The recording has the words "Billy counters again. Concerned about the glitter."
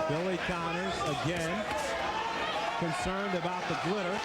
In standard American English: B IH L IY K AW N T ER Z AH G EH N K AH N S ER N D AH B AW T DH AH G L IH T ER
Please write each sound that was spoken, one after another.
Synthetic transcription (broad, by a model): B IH L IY K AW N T ER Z AH G EH N K AH N S ER N D AH B AW T DH AH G L IH T ER